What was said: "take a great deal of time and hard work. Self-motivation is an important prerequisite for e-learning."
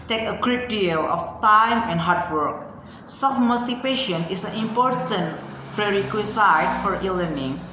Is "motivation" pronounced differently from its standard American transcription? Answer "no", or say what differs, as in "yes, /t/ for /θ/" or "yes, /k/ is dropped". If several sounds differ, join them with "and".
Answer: yes, /p/ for /v/